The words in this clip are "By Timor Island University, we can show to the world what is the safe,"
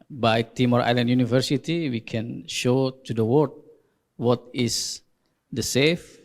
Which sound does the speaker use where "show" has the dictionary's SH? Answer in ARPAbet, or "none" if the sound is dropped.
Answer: SH